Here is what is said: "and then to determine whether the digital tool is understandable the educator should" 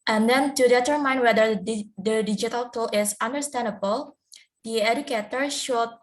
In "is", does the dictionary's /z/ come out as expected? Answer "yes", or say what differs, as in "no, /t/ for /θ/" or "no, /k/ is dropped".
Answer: no, /s/ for /z/